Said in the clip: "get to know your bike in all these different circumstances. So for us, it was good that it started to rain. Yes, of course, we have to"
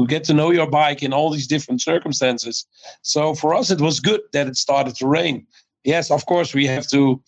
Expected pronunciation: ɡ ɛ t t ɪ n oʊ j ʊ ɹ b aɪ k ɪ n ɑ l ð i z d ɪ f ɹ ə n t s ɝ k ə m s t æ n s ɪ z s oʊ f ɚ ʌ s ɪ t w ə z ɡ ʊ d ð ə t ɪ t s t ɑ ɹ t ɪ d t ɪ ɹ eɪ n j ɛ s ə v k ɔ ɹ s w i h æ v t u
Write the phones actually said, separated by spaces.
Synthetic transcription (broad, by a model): ɡ ɛ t t ɪ n oʊ j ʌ ɹ b aɪ k ɪ n ɑ l ð i z d ɪ f ɹ ə n t s ɝ k ə m s t æ n s ɪ z s oʊ f ɚ ʌ s ɪ t w ə z ɡ ʊ d ð ə t ɪ t s t ɑ ɹ t ɪ d t ɪ ɹ eɪ n j ɛ s ə v k ɔ ɹ s w i h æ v t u